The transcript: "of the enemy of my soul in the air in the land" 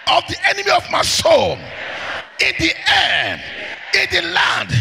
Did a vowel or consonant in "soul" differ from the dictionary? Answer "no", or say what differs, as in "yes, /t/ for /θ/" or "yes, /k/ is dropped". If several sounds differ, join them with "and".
yes, /n/ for /l/